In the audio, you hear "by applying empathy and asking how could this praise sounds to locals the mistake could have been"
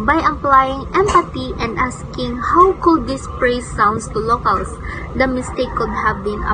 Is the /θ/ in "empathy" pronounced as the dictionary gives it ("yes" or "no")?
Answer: no